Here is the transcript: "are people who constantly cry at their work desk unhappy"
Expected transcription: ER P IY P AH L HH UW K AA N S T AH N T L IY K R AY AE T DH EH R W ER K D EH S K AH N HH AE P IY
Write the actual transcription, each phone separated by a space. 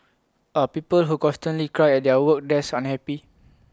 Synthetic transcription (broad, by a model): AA P IY P AH L HH UW K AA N S T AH N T L IY K R AY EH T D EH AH W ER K D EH S AH N HH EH P IY